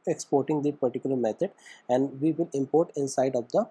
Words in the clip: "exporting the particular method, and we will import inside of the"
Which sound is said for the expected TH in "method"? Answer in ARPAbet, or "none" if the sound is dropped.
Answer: T